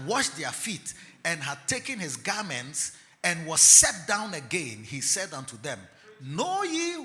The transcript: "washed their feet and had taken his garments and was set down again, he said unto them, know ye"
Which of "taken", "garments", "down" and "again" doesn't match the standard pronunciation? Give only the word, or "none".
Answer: none